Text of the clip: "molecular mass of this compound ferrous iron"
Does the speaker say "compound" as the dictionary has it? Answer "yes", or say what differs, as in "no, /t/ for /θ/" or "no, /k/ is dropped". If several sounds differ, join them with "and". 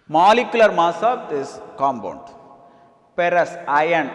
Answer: no, /b/ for /p/